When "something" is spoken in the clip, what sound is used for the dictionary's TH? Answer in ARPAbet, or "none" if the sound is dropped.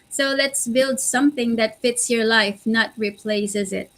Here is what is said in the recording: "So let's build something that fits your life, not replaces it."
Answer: TH